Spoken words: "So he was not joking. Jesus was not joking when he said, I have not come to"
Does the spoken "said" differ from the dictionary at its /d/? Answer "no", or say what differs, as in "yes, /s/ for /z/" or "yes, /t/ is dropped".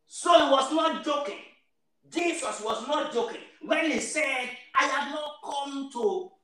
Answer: no